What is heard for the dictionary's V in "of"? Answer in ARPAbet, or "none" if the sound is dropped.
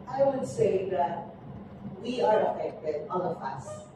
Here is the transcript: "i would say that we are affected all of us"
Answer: P